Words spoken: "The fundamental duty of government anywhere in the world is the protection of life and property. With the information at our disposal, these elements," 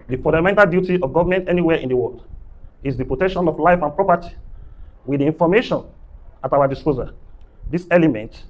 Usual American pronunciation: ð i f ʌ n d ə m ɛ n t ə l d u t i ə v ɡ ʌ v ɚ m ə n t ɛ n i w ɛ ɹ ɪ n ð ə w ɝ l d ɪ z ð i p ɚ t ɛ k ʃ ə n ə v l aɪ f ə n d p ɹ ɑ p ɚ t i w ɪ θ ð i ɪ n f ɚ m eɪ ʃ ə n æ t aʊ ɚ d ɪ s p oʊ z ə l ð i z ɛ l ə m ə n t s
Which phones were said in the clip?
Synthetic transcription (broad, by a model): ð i f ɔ n d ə m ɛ n t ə l d u t i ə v ɡ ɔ v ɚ m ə n t ɛ n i w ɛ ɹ ɪ n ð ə w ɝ l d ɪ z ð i p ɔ t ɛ k ʃ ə n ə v l aɪ f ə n p ɹ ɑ p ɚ t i w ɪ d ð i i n f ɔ m eɪ ʃ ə n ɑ t aʊ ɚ d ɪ s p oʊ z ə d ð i s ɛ l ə m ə n t